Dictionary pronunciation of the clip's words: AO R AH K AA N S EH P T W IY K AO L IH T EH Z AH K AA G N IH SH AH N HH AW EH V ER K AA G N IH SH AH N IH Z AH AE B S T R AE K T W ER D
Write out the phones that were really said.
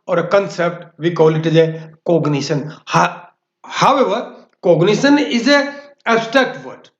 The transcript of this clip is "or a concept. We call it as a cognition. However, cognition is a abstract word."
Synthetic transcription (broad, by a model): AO R AH K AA N S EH P T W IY K AO L IH T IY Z AH K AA G N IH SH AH N HH AW EH V ER K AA G N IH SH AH N IH Z AH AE S T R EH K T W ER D